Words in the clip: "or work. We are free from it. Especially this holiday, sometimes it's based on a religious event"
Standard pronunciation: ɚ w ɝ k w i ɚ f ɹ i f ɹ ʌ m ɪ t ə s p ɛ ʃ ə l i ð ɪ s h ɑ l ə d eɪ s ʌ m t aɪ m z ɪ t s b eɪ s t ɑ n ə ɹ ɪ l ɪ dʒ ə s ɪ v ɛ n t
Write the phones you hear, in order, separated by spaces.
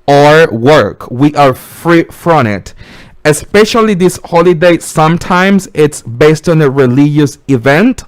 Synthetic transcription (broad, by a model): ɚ w ɝ k w i ɚ f ɹ i f ɹ ʌ m ɪ t ə s p ɛ ʃ ə l i ð ɪ s h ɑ l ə d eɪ s ʌ m t aɪ m z ɪ t s b eɪ s t ɑ n ə ɹ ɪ l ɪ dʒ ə s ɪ v ɛ n t